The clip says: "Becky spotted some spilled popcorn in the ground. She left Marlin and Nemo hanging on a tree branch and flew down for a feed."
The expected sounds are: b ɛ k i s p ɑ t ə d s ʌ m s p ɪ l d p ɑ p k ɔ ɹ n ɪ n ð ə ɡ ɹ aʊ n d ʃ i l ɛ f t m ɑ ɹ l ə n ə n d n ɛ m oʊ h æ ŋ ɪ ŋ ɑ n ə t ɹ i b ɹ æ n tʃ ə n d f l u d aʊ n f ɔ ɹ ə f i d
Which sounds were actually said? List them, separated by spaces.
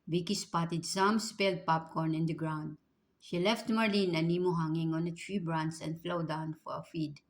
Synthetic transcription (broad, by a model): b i k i s p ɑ t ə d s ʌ m s p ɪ l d p ɑ p k ɔ ɹ n ɪ n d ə ɡ ɹ aʊ n d ʃ i l ɛ f t m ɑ ɹ l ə n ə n n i m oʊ h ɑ ŋ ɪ ŋ ɑ n ə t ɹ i b ɹ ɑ n s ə n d f l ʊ d aʊ n f ɔ ɹ ə f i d